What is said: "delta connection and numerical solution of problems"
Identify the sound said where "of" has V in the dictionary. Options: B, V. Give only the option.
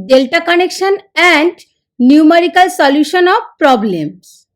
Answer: B